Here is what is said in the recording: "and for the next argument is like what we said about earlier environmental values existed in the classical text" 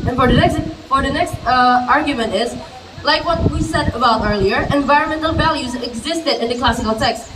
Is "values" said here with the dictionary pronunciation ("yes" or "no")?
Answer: yes